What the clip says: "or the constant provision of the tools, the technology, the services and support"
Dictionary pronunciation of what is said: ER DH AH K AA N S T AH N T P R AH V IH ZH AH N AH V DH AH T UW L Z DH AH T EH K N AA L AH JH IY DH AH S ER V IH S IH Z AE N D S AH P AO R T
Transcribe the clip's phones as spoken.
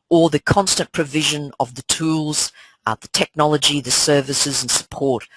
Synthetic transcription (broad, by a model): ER DH AH K AA N S T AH N P R AH V IH ZH AH N AH V DH AH T UW L Z DH AH T EH K N AA L AH JH IY DH AH S ER V IH S IH Z N S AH P AO R T